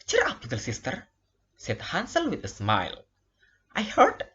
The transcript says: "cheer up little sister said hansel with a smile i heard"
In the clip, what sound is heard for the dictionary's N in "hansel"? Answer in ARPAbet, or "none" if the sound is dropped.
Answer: N